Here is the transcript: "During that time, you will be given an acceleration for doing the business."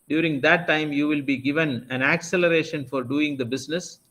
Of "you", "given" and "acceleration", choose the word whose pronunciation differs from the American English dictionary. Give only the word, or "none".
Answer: none